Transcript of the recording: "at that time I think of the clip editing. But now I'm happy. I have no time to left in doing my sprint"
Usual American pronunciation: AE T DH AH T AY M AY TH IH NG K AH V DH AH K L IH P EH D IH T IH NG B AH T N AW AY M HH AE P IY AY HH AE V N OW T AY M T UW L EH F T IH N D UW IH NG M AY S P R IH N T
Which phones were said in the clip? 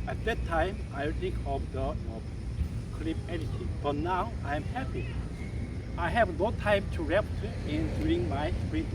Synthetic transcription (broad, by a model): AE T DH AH T AY M AY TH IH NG K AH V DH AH K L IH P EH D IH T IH B AH T N AW AY M HH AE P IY AY HH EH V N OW T AY M T UW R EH P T IH N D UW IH NG M AY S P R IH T